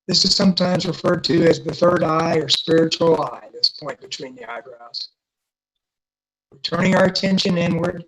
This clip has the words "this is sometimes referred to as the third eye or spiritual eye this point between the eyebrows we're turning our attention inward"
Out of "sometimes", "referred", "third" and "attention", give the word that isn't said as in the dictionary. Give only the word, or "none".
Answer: none